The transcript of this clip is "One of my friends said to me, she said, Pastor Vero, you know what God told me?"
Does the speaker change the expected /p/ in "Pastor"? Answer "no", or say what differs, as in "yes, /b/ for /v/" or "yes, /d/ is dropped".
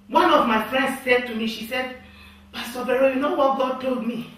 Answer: yes, /b/ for /p/